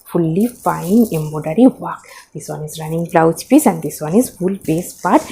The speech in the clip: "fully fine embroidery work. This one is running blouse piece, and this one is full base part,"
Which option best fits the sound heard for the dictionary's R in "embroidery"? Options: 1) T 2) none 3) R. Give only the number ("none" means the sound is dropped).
2